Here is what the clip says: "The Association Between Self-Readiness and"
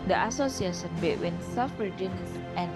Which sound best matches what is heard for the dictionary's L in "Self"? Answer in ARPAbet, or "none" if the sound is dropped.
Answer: none